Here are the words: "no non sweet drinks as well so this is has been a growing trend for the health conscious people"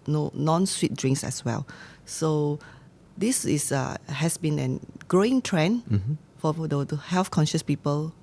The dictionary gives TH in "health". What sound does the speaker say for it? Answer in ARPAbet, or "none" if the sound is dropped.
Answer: F